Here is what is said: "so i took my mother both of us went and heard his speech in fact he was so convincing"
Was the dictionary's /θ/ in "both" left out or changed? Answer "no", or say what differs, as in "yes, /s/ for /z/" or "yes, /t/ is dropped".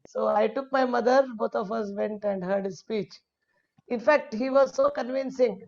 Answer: yes, /t/ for /θ/